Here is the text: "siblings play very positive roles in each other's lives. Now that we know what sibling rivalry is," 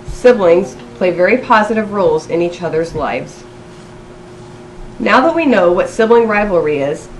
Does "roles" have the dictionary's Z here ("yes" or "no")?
yes